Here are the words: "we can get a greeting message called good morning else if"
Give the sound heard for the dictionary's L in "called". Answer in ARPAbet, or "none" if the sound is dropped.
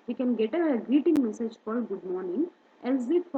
none